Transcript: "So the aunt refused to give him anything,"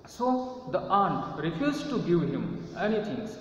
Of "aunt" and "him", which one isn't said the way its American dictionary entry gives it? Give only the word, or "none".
none